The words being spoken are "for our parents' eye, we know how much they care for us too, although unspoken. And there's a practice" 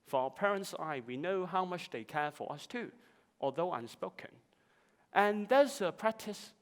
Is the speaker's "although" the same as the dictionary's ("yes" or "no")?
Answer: yes